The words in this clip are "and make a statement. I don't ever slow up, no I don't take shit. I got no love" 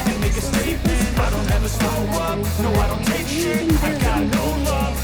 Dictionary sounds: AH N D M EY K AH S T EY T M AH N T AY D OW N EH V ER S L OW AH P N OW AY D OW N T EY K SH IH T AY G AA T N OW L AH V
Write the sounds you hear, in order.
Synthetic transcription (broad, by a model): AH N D M EY K AH S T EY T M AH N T AY D OW N EH V ER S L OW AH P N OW AY D OW N T EY K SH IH AY G AA T N OW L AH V